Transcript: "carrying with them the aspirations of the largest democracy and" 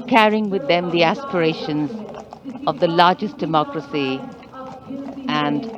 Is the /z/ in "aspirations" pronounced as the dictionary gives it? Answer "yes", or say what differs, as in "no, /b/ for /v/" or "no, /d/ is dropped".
yes